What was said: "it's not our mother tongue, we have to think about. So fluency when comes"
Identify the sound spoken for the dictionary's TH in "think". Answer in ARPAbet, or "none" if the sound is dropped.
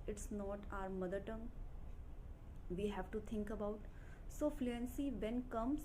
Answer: T